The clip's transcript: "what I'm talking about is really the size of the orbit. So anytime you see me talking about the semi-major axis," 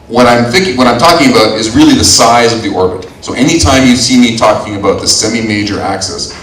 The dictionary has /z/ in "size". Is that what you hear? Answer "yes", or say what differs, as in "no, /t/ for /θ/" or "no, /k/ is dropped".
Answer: yes